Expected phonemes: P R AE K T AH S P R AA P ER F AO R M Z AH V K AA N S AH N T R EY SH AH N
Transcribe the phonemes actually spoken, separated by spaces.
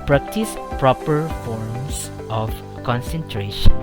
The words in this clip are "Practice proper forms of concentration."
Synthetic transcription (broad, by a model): P R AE K T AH S P R AA P ER F AO R M S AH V K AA N S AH N T R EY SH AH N